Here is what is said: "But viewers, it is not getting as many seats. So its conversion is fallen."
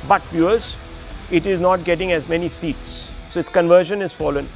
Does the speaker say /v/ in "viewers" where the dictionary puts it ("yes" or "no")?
no